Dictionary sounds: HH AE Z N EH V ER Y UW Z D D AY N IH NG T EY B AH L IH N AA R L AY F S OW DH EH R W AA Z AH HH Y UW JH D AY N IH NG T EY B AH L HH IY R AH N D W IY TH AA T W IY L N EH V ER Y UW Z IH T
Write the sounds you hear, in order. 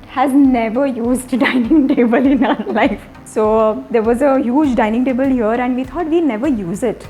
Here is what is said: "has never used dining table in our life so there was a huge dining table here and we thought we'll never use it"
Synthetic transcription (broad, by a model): HH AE Z N EH V ER Y UW Z D D AY N IH NG T EY B AH L IH N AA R L AY F S OW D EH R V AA Z AH HH Y UW JH D AY N IH NG T EY B AH L HH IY R AH N D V IY T AA T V IY N EH V ER Y UW Z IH T